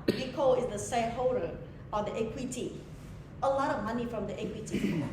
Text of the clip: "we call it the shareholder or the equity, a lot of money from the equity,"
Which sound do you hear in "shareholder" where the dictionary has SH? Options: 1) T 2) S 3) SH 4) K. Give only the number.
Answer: 2